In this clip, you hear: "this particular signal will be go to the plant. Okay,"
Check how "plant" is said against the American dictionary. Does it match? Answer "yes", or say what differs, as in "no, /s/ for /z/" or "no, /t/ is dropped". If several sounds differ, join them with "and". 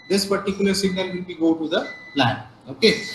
no, /t/ is dropped